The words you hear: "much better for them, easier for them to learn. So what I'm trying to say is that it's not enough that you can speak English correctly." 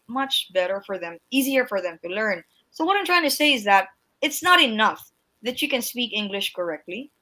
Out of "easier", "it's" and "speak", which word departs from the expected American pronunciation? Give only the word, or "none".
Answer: none